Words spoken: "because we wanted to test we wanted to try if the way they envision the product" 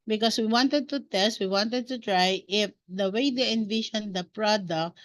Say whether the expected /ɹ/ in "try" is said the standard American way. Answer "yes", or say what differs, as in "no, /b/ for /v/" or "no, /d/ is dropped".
yes